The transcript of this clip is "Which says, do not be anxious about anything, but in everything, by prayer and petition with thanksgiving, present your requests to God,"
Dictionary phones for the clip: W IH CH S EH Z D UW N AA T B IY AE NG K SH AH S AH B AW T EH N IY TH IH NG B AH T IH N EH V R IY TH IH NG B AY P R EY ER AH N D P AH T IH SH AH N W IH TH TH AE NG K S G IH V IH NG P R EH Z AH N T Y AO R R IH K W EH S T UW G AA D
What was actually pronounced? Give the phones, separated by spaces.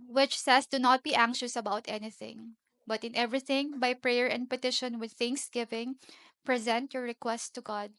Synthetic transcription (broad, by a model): W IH CH S EH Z D UW N AA T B IY AE NG K SH AH S AH B AW T EH N IY TH IH NG B AH T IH N EH V R IY TH IH NG B AY P R EY ER AH N D P AH T IH SH AH N W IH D TH AE NG K S G IH V IH NG P R EH Z AH N T Y AO R R IH K W EH S T UW G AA D